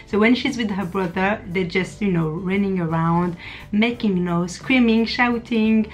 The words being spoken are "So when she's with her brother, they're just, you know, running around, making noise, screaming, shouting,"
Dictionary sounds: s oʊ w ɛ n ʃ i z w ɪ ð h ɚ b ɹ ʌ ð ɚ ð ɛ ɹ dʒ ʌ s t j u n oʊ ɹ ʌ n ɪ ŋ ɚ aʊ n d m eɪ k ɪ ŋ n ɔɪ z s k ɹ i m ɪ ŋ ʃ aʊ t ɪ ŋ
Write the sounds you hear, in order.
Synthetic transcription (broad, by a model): s oʊ w ɛ n ʃ i z w ɪ ð h ɚ b ɹ ʌ ð ɚ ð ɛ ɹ dʒ ʌ s t j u n oʊ ɹ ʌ n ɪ ŋ ɚ aʊ n d m eɪ k ɪ ŋ n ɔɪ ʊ s k ɹ i m ɪ ŋ ʃ aʊ t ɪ ŋ